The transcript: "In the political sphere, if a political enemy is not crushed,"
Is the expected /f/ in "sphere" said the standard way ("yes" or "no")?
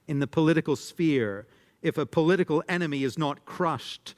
yes